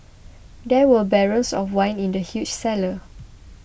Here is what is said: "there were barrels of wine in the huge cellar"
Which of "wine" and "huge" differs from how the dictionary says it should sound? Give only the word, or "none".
huge